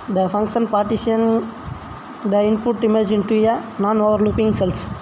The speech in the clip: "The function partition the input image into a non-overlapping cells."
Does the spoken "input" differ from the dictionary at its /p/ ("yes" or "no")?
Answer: no